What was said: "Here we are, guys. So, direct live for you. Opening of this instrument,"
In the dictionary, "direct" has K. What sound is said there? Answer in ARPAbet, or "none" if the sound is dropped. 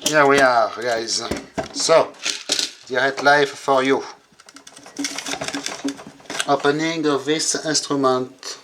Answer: none